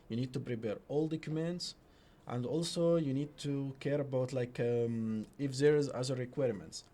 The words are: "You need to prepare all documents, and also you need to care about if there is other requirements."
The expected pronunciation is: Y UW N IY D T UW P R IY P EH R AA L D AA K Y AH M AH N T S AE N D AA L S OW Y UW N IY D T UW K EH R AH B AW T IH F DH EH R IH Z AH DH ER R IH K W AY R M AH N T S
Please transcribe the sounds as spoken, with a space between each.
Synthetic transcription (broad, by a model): Y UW N IY D T UW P R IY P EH R AA L D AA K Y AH M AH N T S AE N D AA L S OW Y UW N IY D T UW K EH R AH B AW T IH F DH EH R IH Z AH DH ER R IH K W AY R M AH N T S